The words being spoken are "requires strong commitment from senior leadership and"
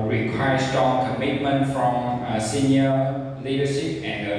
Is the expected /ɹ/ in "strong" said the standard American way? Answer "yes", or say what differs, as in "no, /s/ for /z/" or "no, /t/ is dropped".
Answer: no, /ɹ/ is dropped